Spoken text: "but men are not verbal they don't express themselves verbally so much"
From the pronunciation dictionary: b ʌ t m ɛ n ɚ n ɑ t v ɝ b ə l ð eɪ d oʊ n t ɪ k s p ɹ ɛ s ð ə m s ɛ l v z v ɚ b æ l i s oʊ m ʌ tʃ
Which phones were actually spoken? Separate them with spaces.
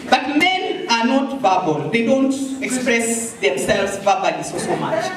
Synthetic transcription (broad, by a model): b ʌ t m ɛ n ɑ n ɑ t b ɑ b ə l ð eɪ d oʊ n t ɪ k s p ɹ ɛ s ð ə m s ɛ l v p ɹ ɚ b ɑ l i s oʊ m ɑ tʃ